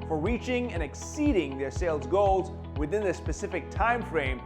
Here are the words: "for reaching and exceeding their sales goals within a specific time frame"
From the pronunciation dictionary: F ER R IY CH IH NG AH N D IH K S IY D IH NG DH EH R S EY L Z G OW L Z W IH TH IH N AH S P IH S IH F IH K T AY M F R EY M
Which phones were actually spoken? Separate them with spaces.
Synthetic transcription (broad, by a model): F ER R IY CH IH NG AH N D IH K S IY D IH NG DH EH R S EY L Z G OW L Z W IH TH IH N AH S P IH S IH F IH K T AY M F R EY M